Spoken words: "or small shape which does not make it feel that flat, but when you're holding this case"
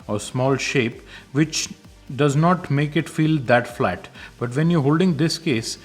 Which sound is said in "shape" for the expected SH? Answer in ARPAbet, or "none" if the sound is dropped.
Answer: SH